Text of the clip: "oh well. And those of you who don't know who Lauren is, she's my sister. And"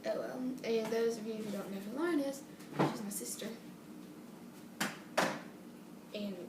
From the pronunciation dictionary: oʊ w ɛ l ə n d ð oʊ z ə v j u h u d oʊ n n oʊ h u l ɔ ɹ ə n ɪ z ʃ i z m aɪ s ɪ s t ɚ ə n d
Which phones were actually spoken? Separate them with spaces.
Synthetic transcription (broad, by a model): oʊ w ɛ l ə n ð oʊ z ə v j u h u d oʊ n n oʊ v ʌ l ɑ ə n ɪ z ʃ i z m aɪ s ɪ s t ɚ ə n